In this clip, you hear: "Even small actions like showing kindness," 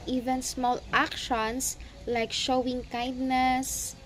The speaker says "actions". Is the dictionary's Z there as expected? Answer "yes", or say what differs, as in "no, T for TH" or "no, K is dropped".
no, S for Z